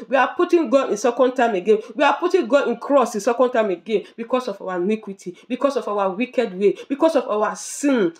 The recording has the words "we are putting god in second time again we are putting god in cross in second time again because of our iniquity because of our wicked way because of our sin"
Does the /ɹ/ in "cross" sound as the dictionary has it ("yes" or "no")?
yes